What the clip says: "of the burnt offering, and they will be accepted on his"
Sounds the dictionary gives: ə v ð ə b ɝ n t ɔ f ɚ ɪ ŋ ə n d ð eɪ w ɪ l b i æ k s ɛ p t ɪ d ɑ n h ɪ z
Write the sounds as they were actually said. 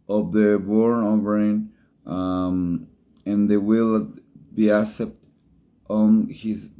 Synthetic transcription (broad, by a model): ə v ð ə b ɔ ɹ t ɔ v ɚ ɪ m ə n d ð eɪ w ɪ l b i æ s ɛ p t ɑ n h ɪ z